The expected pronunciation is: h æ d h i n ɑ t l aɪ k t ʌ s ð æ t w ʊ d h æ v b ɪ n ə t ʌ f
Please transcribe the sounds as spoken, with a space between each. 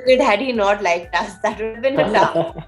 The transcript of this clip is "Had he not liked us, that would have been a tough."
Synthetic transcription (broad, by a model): h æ d h i n ɑ t l aɪ k t ʌ s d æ t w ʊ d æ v b ɪ n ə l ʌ